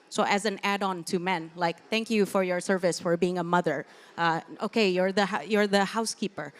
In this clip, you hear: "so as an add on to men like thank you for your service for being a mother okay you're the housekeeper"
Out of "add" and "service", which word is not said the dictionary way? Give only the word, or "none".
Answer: none